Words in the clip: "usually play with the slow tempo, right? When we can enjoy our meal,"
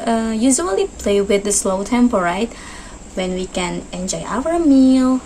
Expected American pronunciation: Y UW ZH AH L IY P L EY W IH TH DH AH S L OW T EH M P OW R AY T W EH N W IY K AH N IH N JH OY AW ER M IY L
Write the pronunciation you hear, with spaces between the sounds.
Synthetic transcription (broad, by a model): Y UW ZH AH L IY P L EY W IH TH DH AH S L OW T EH M P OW R AY T W EH N W IY K AH N IH N JH OY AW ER M IY L